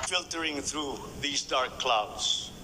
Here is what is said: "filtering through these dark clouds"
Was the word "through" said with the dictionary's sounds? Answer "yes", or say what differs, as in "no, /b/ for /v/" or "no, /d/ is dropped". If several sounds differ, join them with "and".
yes